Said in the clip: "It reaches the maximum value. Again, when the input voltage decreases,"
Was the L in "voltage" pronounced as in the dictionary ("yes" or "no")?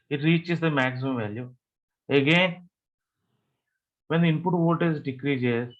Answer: no